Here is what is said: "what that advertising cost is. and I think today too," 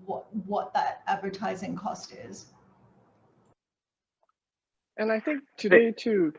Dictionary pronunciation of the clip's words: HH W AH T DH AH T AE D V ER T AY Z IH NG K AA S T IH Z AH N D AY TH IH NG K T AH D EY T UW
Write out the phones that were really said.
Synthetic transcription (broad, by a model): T W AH T DH AH T AE D V ER T AY Z IH NG K AA S T IH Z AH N AY TH IH NG K T AH D EY T UW